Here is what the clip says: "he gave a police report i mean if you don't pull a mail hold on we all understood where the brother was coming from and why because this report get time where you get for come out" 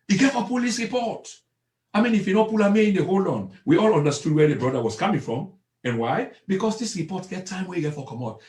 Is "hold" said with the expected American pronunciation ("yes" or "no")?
no